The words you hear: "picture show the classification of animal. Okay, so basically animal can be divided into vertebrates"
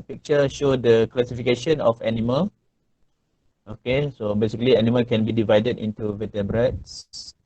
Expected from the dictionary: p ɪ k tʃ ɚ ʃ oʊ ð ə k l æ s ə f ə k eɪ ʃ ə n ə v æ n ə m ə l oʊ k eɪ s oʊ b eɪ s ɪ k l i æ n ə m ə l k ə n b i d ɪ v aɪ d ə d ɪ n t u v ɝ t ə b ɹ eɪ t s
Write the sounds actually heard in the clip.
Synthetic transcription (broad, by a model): p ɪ k tʃ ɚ ʃ oʊ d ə k l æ s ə f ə k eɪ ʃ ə n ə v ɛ n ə m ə l oʊ k eɪ s oʊ b eɪ s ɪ k l i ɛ n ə m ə l k ə n b i d ɪ v aɪ d ə d ɪ n t u v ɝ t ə b ɹ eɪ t s